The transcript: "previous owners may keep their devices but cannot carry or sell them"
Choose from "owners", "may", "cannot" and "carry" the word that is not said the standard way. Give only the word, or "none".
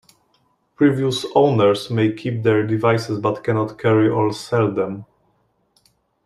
owners